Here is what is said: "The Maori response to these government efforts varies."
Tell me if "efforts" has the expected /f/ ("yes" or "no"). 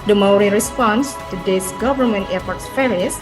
no